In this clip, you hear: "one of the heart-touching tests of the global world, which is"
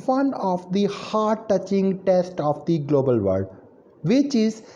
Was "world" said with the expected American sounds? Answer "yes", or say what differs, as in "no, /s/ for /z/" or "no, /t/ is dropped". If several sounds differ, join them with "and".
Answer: no, /l/ is dropped